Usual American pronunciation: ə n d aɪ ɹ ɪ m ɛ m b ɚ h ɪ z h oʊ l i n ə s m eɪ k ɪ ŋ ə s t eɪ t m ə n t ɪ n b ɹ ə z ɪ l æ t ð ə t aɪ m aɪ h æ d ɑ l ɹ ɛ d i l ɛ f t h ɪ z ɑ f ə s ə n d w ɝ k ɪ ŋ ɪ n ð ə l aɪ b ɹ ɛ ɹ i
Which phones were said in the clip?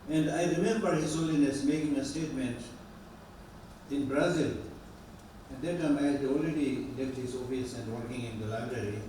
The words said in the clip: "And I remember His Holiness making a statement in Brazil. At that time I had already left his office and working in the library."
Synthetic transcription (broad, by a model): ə n d aɪ ɹ ɪ m ɛ m b ɚ h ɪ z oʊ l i n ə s m eɪ k ɪ ŋ ə s t eɪ t m ə n t ɪ n b ɹ ə z ɪ l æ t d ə t aɪ m aɪ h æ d ɑ l ɹ ɛ d i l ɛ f t h ɪ z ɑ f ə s ə n d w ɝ k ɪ ŋ ɪ n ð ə l aɪ b ɹ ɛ ɹ i